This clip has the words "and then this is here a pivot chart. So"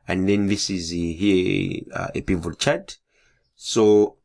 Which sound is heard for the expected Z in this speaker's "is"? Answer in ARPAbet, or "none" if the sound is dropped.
Z